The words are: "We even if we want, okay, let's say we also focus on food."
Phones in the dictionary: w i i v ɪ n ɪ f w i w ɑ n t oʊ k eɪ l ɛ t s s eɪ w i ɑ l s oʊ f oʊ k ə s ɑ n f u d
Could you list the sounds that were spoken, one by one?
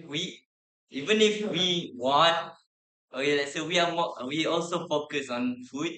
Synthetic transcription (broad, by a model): w i i v ɪ n ɪ f w i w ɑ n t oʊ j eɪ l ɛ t s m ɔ w i ɑ l s oʊ f oʊ k ə s ɑ n f u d